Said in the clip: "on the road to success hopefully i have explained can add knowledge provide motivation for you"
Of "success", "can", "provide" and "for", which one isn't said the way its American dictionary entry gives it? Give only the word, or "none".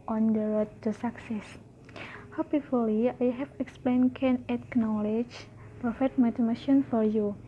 provide